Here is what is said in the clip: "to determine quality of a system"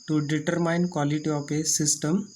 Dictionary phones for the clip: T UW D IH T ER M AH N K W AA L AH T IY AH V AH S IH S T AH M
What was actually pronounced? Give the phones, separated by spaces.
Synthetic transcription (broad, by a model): T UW D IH T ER M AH N K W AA L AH T IY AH P AH S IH S T AH M